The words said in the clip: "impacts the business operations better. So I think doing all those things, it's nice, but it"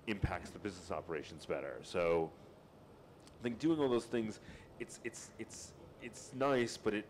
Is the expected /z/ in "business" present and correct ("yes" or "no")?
yes